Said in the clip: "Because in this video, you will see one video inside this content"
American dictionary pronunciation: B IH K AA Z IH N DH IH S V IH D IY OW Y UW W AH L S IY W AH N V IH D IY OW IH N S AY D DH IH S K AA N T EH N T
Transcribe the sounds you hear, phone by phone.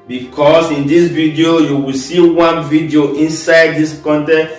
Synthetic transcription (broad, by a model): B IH K AA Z IH N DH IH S V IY D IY OW Y UW W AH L S IY W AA N V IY D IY OW IH N S AY D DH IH S K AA N T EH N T